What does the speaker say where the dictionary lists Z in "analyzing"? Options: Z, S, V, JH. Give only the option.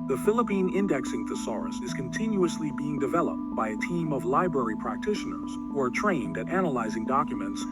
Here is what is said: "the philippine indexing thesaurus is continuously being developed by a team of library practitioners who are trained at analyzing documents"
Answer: Z